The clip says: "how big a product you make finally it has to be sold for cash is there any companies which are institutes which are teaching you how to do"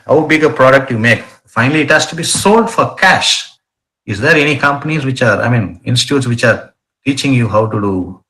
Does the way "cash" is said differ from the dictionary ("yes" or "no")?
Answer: no